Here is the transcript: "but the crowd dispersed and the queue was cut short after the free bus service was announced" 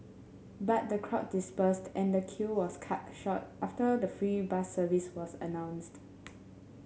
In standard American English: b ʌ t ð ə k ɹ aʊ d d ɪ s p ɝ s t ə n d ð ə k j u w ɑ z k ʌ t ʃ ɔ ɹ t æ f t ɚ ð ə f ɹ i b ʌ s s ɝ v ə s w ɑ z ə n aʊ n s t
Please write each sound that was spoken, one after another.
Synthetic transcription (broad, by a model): b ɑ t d ə k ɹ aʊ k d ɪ s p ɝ s t ə n d ə k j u w ɑ s k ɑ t ʃ ɔ t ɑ f t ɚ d ə f ɹ i b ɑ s s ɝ v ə s w ɑ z ə n aʊ n s t